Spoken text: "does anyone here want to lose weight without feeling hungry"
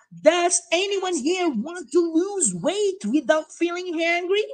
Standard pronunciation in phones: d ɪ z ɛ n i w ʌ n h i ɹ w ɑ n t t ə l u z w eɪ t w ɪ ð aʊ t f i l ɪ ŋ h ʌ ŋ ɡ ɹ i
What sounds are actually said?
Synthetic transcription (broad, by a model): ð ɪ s ɛ n i w ʌ n h i ɹ w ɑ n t t ə l u z w eɪ t w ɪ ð aʊ t f i l ɪ ŋ h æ ŋ ɡ ɹ i